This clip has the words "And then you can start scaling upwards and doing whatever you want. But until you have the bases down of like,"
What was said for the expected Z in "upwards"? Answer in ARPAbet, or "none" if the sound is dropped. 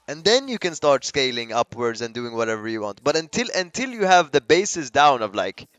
Z